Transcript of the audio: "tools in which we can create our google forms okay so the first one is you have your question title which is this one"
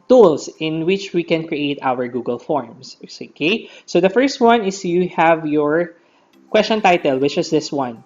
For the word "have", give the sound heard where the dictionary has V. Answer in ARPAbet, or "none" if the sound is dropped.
V